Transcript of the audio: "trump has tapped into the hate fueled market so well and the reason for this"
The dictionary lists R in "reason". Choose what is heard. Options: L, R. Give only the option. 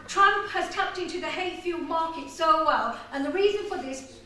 R